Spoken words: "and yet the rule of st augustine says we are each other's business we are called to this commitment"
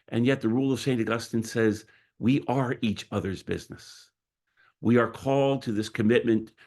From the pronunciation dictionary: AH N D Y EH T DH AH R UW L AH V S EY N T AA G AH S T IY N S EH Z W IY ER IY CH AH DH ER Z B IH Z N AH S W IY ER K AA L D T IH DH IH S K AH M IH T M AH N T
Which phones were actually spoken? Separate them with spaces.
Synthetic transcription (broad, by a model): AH N Y EH T DH AH R UW L AH V S EY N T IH G AH S T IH N S EH Z W IY ER IY CH AH DH ER Z B IH Z N AH S W IY ER K AA L D T IH DH IH S K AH M IH T M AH N T